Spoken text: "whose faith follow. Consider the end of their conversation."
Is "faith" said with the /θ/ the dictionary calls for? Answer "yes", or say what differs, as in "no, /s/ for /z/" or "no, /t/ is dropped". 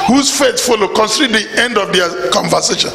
no, /s/ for /θ/